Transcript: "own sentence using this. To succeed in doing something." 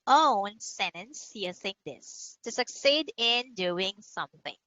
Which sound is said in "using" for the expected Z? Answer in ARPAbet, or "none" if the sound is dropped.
S